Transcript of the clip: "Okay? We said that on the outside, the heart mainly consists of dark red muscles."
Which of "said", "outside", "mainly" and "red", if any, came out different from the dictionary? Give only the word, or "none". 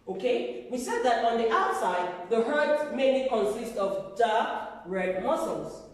mainly